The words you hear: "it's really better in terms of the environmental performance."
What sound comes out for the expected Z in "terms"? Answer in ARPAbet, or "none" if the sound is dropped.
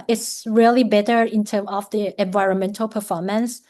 none